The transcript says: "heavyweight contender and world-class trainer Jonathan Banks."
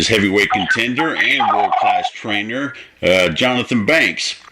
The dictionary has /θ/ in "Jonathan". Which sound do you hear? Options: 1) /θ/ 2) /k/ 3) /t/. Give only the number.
1